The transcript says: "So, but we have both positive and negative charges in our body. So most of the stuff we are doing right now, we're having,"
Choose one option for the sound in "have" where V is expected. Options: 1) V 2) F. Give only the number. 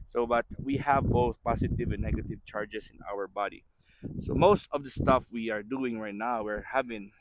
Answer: 1